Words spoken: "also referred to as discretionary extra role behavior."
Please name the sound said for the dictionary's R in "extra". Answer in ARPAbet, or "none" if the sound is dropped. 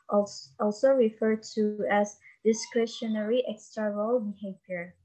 none